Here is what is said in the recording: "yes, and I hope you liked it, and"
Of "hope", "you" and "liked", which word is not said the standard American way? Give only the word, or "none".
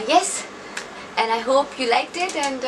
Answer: none